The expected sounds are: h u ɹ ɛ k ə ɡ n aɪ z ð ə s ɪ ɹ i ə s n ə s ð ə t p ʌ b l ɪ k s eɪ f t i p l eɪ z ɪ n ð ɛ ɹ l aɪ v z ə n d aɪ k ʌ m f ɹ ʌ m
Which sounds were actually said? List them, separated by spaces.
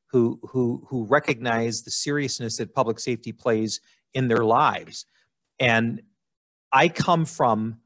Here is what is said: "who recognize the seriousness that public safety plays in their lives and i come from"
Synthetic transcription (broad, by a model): h u ɹ ɛ k ə ɡ n aɪ z ð ə s ɪ ɹ i ə s n ə s ð ə t p ʌ b l ɪ k s eɪ f t i p l eɪ z ɪ n ð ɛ ɹ l aɪ v z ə n aɪ k ʌ m f ɹ ʌ m